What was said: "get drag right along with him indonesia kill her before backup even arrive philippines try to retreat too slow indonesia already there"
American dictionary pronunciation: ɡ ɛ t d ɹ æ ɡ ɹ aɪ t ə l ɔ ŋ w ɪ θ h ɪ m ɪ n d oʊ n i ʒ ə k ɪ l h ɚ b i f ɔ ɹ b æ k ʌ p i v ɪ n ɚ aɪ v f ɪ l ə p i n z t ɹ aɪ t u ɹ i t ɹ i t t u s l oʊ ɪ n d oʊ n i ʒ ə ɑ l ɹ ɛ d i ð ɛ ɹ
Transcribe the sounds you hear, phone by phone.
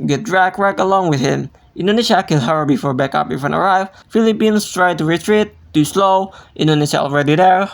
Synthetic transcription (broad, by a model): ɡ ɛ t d ɹ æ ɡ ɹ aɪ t ə l ɔ ŋ w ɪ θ h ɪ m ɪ n d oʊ n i ʃ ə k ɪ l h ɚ b i f ɔ ɹ b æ k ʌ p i f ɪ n ɚ aɪ v f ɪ l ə p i n s t ɹ aɪ t u ɹ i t ɹ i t t u s l oʊ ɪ n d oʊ n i ʃ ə ɑ l ɹ ɛ d i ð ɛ ɹ